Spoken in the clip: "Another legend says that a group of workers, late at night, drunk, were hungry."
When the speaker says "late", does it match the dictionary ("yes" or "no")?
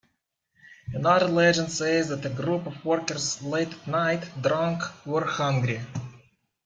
no